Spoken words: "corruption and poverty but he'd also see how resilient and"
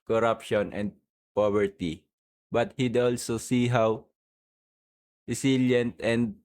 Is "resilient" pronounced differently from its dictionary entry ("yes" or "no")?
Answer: yes